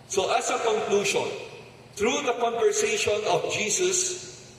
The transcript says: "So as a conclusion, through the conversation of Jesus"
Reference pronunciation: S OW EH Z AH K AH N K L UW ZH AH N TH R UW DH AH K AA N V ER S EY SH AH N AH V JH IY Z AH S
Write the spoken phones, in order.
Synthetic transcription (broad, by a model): S OW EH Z AH K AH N K L UW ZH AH N T R UW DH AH K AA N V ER S EY SH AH N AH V JH IY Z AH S